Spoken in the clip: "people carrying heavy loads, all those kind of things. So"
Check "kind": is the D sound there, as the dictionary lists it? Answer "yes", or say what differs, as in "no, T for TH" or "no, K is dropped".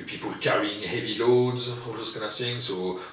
no, D is dropped